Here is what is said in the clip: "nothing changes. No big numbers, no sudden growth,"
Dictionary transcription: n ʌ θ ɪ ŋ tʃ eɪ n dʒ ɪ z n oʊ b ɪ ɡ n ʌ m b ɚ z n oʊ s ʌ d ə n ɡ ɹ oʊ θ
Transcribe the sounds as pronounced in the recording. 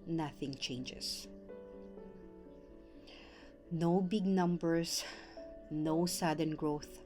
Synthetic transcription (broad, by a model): n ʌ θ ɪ ŋ tʃ eɪ n dʒ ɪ s n oʊ b ɪ ɡ n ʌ m b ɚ s n oʊ s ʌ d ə n ɡ ɹ oʊ θ